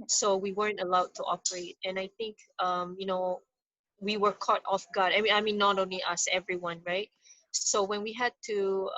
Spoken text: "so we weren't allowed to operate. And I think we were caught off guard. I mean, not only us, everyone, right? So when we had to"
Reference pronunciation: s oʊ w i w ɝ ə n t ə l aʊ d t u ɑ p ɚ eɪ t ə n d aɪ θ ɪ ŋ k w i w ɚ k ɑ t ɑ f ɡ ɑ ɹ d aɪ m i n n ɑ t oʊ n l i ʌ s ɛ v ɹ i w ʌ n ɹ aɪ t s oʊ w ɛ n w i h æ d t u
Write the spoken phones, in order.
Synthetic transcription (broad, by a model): s oʊ w i w ɝ ə n t ə l aʊ d t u ɑ p ɚ eɪ t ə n aɪ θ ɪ ŋ k w i w ɚ k ɑ t ɑ f ɡ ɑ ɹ d aɪ m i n n ɑ t oʊ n l i ʌ s ɛ v ɹ i w ʌ n ɹ aɪ t s oʊ w ɛ n w i h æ d t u